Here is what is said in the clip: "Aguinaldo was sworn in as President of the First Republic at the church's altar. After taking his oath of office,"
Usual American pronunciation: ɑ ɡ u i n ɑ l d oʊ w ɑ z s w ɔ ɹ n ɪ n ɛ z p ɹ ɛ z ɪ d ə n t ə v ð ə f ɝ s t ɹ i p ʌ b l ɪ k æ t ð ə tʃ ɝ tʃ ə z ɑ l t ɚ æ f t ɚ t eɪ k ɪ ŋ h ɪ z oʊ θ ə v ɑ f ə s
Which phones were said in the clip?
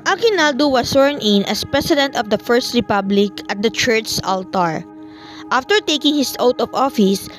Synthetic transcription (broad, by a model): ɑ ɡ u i n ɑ l d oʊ w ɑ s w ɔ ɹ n ɪ n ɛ s p ɹ ɛ s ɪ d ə n t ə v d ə f ɝ s t ɹ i p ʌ b l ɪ k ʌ t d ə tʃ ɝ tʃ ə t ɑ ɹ t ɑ f t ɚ t eɪ k ɪ ŋ h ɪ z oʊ t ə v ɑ f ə s